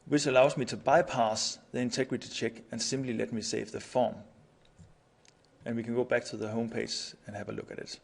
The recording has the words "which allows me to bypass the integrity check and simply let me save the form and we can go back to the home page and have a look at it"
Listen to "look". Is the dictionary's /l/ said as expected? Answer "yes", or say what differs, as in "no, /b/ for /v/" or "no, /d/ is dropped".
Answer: yes